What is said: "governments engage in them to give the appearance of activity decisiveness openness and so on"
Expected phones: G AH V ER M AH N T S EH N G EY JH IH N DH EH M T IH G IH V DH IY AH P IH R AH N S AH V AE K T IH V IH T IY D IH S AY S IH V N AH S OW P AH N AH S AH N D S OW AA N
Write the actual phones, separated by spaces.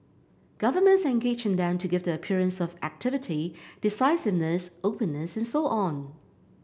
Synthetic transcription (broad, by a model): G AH V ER M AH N T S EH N G EY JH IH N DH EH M T IH G IH V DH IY AH P IH R AH N S AH V AE K T IH V IH T IY D IH S AY S IH V N AH S OW P AH N AH S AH N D S OW AA N